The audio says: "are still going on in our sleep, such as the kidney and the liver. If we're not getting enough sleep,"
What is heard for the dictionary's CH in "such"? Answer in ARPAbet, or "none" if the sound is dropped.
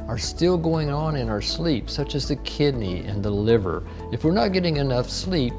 CH